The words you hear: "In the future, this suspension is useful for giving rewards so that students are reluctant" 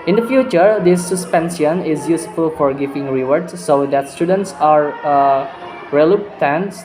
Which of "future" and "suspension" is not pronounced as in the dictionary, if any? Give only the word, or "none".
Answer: suspension